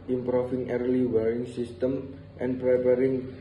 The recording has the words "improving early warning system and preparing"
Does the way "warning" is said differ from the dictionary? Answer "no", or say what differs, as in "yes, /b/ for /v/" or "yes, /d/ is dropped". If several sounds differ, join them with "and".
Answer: yes, /n/ is dropped